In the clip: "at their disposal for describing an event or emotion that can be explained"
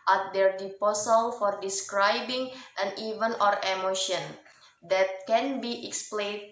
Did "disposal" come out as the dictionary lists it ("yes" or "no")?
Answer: no